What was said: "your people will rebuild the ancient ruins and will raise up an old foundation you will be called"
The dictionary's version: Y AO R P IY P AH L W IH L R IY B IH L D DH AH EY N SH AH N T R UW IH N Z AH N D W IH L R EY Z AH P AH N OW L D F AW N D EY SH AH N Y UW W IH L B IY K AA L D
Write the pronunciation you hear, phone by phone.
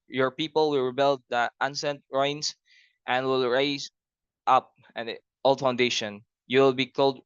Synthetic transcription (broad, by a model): Y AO R P IY P AH L W IH L R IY B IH L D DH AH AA N S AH N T R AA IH N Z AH N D W IH L R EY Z AH P AH N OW L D F AW N D EY SH AH N Y UW W IH L B IY K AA L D